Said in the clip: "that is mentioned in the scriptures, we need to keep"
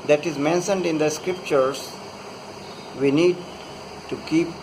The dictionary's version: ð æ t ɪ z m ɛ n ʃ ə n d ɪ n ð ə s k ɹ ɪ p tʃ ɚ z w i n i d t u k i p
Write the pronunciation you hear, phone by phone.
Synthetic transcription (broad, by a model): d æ t ɪ z m ɛ n ʃ ə n d ɪ n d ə s k ɹ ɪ p tʃ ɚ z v i n i d t u k i p